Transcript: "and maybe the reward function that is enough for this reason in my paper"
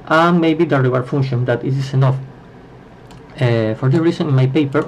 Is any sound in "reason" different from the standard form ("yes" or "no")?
yes